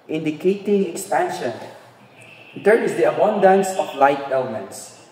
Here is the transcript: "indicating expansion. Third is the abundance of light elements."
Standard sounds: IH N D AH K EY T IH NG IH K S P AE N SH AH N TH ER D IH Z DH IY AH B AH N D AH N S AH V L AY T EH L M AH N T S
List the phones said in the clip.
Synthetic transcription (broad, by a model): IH N D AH K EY T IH NG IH K S P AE N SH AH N T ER IH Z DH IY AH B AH N D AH N S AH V L AY T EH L M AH N T S